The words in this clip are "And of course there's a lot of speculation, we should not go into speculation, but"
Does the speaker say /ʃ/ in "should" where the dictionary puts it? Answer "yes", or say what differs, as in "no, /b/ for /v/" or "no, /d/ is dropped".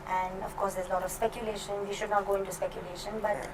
yes